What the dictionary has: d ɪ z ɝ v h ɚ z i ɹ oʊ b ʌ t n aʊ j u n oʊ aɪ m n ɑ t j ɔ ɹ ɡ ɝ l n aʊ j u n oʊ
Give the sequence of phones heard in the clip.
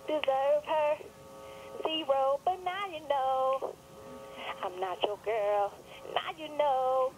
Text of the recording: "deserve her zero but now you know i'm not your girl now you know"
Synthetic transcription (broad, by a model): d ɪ z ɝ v h ɚ s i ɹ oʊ b ʌ t n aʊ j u n oʊ aɪ m n ɑ t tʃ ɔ ɡ ɝ l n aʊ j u n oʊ